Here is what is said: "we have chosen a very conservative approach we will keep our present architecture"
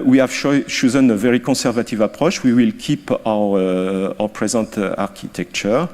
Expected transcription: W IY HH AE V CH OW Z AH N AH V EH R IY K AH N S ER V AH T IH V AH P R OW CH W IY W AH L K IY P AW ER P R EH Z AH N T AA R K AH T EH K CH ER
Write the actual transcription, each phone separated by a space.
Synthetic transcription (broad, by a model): W IY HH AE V SH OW Z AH N AH V EH R IY K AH S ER V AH T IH V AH P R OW SH W IY W AH L K IY P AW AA P R EH Z AH N T AA R K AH T EH K CH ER